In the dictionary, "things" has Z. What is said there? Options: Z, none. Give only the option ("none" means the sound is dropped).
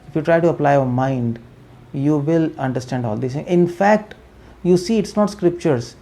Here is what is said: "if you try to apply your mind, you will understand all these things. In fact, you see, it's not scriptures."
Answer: none